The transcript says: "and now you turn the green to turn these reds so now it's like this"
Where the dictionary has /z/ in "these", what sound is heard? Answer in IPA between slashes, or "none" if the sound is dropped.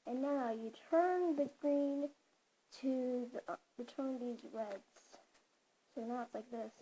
/z/